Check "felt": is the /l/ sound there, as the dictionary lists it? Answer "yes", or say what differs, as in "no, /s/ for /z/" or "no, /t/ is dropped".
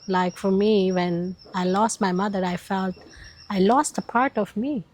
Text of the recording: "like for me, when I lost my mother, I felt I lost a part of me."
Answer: yes